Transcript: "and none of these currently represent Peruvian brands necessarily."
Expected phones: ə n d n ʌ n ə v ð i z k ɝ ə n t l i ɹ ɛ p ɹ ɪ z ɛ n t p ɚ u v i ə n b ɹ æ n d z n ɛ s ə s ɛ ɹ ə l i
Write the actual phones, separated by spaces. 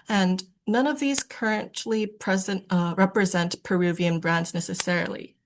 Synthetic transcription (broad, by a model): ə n n ʌ n ə v ð i z k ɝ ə n t l i ɹ ɛ p ɹ ɪ z ɛ n t p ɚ u v i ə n b ɹ æ n d z n ɛ s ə s ɛ ɹ l i